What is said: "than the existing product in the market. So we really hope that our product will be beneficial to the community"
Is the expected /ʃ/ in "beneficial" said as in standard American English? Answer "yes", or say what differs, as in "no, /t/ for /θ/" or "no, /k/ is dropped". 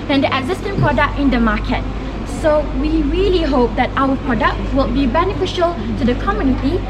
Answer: yes